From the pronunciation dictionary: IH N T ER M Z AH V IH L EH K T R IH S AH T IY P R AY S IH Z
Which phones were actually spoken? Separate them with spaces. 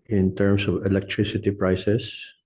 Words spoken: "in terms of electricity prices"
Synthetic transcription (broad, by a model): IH N T ER M S AH V IH L EH K T R IH S AH T IY P R AY S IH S